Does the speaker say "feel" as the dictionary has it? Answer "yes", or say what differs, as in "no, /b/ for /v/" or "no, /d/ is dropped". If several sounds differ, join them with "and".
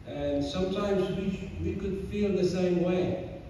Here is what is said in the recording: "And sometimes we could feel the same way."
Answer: yes